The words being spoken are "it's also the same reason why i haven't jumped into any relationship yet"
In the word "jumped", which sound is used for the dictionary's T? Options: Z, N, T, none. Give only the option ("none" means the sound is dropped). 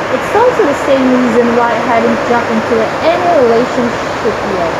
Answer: none